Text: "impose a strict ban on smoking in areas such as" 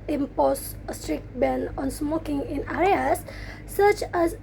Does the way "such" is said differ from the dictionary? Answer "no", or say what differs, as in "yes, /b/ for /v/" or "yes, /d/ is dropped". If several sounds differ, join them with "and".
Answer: no